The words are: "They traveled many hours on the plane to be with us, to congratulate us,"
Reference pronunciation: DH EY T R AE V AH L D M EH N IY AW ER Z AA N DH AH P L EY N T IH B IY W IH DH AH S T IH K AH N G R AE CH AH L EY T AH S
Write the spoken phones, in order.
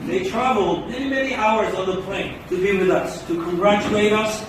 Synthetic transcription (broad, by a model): DH EY T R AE V L D M EH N IY AW ER Z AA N DH AH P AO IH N T IH B IY W IH DH AH S T IH K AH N G R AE CH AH L EY T AH S